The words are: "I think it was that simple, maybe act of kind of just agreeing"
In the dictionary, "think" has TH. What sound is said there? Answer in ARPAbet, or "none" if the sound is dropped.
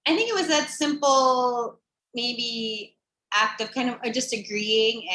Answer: TH